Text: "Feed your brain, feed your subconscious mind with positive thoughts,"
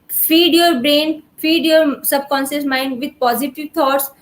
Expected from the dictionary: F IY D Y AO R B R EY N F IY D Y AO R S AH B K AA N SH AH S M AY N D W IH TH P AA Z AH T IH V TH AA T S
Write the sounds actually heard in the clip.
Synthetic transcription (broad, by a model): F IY D Y AO R B R EY N F IY D Y AO R S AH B K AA N S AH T M AY N D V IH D P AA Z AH T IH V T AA T S